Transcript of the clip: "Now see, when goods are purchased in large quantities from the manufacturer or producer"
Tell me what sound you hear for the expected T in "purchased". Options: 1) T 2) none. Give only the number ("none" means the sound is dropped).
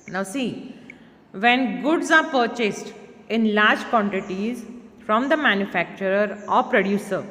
1